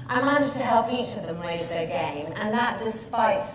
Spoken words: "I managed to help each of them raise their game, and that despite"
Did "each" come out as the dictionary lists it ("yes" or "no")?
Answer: yes